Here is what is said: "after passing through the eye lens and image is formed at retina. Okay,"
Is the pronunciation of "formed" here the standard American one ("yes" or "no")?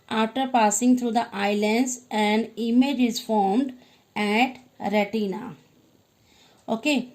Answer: yes